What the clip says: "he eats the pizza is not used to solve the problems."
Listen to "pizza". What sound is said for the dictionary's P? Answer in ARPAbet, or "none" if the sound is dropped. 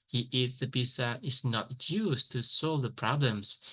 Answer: B